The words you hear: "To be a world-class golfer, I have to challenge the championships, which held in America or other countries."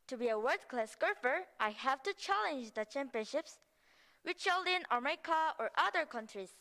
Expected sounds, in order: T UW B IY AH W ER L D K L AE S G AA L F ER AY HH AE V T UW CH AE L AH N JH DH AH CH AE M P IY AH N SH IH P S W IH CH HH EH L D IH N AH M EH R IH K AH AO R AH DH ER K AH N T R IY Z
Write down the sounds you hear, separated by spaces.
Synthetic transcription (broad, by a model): T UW B IY AH W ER D K L AE S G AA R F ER AY HH AE V T UW CH AE L AH N JH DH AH CH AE M P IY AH N SH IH P S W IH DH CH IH L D IH N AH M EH IH K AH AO R AH DH ER K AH N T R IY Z